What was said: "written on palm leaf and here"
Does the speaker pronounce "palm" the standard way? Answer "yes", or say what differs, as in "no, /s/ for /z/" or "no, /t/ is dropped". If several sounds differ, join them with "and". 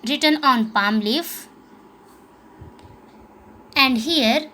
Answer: yes